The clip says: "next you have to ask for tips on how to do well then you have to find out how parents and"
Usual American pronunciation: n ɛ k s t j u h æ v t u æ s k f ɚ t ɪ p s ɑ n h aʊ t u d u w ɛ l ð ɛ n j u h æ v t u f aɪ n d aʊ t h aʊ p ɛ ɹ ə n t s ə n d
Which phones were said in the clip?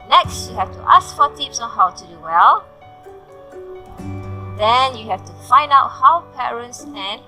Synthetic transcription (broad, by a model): n ɛ k s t j u h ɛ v t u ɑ s k f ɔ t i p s ɑ n h aʊ t u d u w ɛ l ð ɛ n j u h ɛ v t u f aɪ n d aʊ t h aʊ p ɛ ɹ ə n t s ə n